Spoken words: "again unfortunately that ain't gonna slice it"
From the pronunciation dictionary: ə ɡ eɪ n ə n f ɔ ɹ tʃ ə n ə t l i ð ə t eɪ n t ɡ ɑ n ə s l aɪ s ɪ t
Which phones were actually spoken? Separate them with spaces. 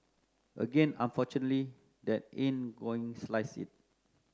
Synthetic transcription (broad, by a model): ə ɡ eɪ n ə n f ɔ tʃ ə n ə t l i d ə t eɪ n ɡ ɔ ə s l aɪ s ɪ t